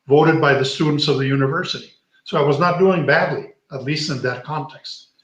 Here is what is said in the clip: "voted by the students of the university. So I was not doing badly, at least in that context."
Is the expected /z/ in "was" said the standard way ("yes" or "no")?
yes